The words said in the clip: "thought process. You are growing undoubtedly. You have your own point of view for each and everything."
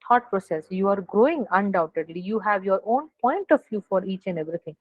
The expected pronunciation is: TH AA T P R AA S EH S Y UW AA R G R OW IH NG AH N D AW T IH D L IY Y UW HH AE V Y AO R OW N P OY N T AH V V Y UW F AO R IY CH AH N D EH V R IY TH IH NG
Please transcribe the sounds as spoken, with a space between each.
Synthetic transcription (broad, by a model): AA T P R AA S EH S Y UW AA R G R OW IH NG AH N D AW T IH D L IY Y UW HH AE V Y AO R OW N P OY N T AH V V Y UW F AO R IY CH AH N D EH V R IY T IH NG